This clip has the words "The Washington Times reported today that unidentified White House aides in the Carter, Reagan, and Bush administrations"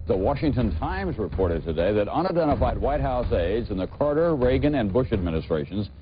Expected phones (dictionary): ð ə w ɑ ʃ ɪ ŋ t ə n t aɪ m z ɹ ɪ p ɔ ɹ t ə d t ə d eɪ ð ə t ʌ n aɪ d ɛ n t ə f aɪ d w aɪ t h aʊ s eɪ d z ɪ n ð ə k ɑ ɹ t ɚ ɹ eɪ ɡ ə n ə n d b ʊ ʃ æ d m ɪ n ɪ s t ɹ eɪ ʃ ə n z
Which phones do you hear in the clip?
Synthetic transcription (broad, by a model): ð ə w ɑ ʃ ɪ ŋ t ə n t aɪ m z ɹ ɪ p ɔ ɹ t ə d t ə d eɪ ð ə t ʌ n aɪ d ɛ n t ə f aɪ d w aɪ t h aʊ s eɪ d z ɪ n ð ə k ɑ ɹ t ɚ ɹ eɪ ɡ ə n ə n b ʊ ʃ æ d m ɪ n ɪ s t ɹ eɪ ʃ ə n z